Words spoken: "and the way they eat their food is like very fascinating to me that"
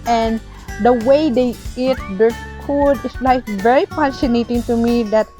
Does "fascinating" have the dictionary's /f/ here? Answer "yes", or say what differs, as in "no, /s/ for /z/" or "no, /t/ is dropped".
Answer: no, /p/ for /f/